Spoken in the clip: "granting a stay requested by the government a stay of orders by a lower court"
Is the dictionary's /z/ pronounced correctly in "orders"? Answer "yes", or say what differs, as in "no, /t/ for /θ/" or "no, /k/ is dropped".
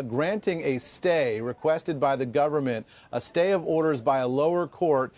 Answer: yes